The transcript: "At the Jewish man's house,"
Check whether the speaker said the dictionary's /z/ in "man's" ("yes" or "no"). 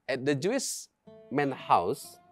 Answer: no